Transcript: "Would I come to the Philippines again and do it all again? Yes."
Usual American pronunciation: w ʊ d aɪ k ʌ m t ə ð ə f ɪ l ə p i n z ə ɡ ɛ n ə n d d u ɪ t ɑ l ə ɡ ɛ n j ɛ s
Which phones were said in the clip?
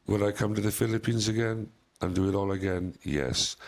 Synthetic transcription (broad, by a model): w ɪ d aɪ k ʌ m t ə ð ə f ɪ l ə p i n z ə ɡ ɛ n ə n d d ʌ ɪ t ɑ l ə ɡ ɛ n j ɛ s